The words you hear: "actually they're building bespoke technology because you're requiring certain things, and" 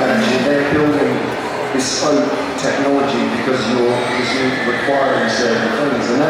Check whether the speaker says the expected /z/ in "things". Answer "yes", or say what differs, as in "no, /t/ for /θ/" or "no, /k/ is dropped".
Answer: yes